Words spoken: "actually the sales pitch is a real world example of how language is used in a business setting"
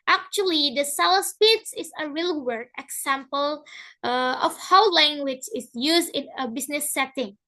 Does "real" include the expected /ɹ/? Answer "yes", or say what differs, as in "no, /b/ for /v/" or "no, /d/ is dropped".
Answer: yes